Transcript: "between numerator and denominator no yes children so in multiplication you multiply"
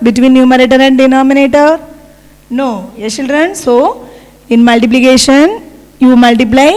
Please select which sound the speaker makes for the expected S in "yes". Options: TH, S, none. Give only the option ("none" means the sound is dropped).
none